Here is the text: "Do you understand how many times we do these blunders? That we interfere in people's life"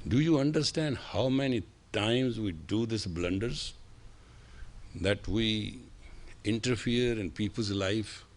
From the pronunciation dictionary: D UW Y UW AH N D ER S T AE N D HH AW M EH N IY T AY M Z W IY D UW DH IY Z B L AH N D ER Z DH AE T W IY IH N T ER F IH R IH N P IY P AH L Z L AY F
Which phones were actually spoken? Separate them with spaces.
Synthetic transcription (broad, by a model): D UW Y UW AH N D ER S T AE N D HH AW M EH N IY T AY M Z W IY D UW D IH S B L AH N D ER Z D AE T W IY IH N T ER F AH R IH N P IY P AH L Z L AY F